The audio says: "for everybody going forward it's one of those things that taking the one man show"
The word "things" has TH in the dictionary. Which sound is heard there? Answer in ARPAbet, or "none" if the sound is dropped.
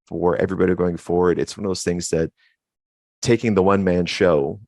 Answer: TH